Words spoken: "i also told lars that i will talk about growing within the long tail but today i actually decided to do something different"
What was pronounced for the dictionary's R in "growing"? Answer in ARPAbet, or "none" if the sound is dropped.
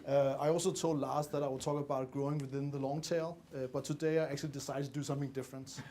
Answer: R